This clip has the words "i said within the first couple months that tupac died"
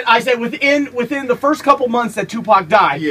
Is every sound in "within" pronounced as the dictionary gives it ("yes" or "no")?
yes